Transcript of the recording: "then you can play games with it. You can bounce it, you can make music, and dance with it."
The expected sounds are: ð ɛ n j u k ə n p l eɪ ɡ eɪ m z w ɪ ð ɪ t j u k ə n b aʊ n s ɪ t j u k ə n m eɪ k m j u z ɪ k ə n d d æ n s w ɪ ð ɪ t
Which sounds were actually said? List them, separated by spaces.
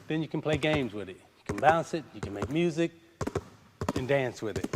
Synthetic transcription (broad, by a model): ð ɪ n j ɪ k n p l eɪ ɡ eɪ m z w ɪ ð ɪ t j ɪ k ə n b aʊ n s ɪ t j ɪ k ə n m eɪ k m j u z ɪ k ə n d d æ n s w ɪ ð ɪ t